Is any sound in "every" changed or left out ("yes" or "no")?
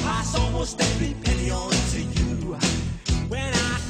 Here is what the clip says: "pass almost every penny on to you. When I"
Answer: yes